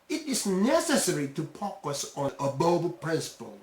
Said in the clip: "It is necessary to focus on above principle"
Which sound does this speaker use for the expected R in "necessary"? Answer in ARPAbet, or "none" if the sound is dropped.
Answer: R